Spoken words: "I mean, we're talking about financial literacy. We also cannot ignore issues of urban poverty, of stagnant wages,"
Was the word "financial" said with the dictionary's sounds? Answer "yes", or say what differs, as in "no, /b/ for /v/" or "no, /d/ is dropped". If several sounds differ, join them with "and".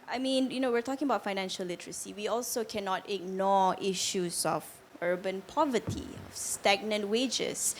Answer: yes